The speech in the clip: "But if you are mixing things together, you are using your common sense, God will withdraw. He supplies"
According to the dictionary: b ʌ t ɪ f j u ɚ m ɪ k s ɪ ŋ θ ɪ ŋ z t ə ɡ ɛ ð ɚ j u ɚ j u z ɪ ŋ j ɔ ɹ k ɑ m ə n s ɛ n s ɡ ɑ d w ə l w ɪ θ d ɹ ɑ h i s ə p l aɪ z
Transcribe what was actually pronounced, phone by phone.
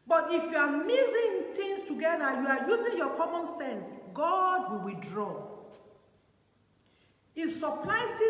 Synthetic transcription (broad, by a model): b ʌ t ɪ f j u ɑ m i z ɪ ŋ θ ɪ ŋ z t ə ɡ ɛ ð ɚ j u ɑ j u z ɪ ŋ j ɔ k ɑ m ə n s ɛ n s ɡ ɑ d w ə l w ɪ θ d ɹ ɑ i s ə p l aɪ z